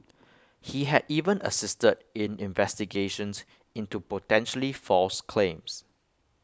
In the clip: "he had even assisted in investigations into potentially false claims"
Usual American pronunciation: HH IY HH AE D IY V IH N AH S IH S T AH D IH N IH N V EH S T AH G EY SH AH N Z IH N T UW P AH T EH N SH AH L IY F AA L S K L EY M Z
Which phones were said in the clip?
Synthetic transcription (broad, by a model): HH IY HH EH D IY V IH N AH S IH S T AH D IH N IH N V EH S T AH G EY SH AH N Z IH N T UW P AH T EH N SH AH L IY F AA L S K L EY M S